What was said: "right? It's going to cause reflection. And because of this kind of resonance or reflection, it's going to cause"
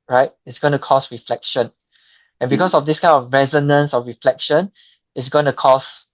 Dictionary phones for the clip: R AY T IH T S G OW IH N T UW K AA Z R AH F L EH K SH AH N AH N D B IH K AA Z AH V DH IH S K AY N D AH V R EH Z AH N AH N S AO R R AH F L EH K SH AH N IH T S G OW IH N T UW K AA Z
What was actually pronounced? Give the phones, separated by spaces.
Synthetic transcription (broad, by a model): R AY T IH T S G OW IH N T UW K AA S R AH F L EH K SH AH N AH N B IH K AA S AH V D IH S K AY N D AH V R EH Z AH N AH N S AO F R AH F L EH K SH AH N IH T S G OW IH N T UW K AA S